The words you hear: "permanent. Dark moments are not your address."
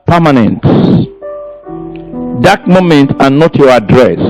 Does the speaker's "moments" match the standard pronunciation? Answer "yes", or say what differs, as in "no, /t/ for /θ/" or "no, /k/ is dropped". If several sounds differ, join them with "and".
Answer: no, /s/ is dropped